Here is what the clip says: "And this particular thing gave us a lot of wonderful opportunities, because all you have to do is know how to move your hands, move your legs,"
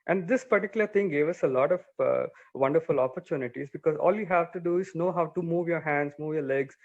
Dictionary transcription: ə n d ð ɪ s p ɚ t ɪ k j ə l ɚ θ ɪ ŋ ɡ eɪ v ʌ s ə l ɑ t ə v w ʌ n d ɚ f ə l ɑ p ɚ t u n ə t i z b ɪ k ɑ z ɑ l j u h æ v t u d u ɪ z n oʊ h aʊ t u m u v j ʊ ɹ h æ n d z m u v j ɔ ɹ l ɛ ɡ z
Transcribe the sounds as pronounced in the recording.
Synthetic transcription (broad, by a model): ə n d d ɪ s p ɚ t ɪ k j ə l ɚ t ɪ ŋ ɡ eɪ v ʌ s ə l ɑ t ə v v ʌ n d ɚ f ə l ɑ p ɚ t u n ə t i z b ɪ k ɑ z ɑ l j u h æ v t u d u ɪ z n oʊ h aʊ t u m u v j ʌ ɹ h æ n d z m u v j ɔ ɹ l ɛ ɡ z